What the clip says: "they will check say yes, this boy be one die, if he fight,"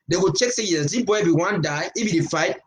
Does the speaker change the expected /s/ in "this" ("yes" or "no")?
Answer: yes